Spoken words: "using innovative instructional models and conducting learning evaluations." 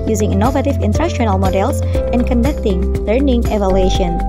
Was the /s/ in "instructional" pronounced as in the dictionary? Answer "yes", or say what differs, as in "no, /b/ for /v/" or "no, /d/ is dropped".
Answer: no, /s/ is dropped